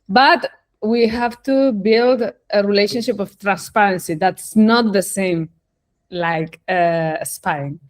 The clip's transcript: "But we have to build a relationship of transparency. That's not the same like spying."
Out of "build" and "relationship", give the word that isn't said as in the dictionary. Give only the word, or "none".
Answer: none